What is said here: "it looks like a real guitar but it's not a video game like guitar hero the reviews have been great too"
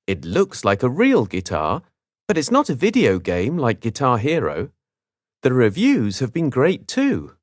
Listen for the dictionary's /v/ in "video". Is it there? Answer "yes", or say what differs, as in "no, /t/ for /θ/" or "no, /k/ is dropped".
yes